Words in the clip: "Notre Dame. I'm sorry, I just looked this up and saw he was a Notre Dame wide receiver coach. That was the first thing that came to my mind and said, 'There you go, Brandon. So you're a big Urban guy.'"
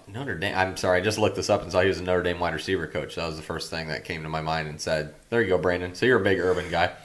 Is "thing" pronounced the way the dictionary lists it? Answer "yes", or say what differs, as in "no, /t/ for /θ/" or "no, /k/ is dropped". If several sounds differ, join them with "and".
yes